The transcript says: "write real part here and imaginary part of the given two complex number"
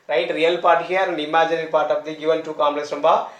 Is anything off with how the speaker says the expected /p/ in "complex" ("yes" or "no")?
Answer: yes